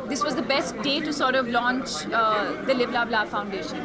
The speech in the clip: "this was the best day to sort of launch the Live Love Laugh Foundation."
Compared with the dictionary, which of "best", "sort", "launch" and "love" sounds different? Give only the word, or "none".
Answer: love